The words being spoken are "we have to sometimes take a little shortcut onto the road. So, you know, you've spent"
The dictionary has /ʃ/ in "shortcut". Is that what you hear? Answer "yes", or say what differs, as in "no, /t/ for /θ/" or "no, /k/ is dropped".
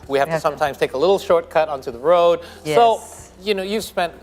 yes